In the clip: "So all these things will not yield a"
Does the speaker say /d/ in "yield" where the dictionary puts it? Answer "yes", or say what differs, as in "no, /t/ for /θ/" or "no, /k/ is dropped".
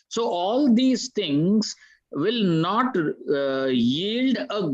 yes